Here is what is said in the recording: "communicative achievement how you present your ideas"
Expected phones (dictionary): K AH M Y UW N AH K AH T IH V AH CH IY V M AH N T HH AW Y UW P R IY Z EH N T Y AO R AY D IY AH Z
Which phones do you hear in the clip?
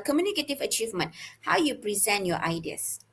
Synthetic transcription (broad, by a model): K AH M Y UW N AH K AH T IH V AH CH IY V M AH N T HH AW Y UW P R IY Z EH N T Y AO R AY D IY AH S